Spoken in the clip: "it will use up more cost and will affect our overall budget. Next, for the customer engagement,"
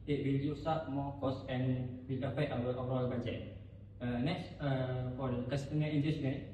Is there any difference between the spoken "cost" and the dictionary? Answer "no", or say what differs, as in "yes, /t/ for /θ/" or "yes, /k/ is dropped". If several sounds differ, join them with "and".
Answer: yes, /t/ is dropped